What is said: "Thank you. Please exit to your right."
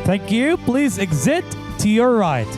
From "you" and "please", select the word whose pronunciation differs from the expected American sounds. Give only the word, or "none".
none